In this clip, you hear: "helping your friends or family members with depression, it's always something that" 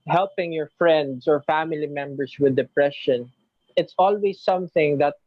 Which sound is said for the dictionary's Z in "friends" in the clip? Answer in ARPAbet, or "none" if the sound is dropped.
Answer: S